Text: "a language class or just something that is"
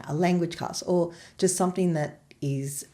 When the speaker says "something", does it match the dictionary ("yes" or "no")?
yes